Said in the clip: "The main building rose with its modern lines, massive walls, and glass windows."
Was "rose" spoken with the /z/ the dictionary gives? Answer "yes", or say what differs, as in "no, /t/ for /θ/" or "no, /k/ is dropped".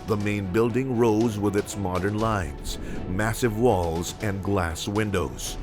yes